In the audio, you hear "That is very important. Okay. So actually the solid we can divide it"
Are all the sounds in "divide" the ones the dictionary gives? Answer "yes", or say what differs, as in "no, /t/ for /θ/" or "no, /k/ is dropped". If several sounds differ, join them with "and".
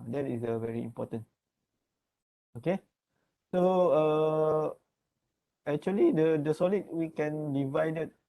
yes